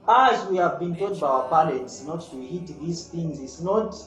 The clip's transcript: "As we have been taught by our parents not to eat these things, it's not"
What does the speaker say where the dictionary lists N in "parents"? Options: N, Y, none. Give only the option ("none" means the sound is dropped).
none